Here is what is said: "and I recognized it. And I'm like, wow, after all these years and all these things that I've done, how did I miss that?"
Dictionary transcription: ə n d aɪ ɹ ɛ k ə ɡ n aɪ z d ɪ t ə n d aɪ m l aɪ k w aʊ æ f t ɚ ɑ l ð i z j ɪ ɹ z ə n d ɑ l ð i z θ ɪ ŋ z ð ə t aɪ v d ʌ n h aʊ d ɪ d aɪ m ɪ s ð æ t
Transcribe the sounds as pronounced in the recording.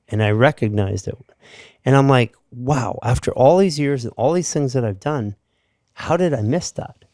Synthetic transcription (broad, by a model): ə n aɪ ɹ ɛ k ə ɡ n aɪ z d ɪ t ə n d aɪ m l aɪ k w aʊ æ f t ɚ ɑ l ð i z j ɪ ɹ z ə n ɑ l ð i z θ ɪ ŋ z ð ə t aɪ v d ʌ n h aʊ d ɪ d aɪ m ɪ s ð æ t